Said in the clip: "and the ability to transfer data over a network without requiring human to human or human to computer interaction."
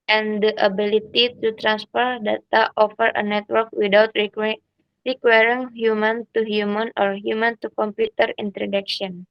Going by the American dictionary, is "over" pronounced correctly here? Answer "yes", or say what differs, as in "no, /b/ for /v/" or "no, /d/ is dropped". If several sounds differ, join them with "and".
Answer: no, /f/ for /v/